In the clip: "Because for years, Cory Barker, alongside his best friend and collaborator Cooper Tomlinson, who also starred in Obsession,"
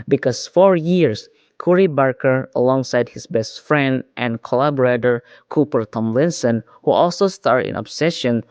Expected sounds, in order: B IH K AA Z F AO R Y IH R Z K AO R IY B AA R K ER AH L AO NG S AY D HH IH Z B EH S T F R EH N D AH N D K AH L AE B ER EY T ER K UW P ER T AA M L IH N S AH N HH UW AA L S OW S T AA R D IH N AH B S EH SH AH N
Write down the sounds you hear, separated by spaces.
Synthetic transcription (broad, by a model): B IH K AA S F AO R Y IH R S K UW R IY B AA R K ER AH L AO NG S AY D HH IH S B EH S T F R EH N D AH N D K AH L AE B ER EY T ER K UW P ER T AA M L IH N S AH N HH UW AA L S OW S T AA R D IH N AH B S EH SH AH N